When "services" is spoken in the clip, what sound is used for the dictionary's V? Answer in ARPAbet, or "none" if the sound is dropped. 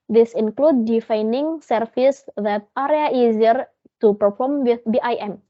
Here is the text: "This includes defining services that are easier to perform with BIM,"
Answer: F